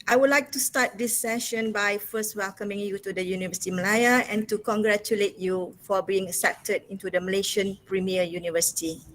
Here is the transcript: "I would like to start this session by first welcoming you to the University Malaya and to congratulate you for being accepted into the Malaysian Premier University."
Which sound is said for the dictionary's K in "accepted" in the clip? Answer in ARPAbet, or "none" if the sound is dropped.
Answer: none